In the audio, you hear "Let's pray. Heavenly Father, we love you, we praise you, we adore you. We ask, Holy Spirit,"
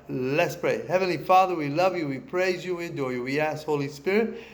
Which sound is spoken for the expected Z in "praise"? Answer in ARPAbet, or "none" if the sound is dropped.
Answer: Z